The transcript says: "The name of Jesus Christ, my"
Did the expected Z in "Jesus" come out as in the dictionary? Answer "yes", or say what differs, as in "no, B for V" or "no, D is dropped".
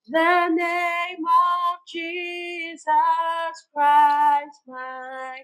yes